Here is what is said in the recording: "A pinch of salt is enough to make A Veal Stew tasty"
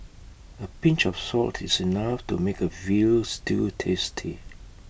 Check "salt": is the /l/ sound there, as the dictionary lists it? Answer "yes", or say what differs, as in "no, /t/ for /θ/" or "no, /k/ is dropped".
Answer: yes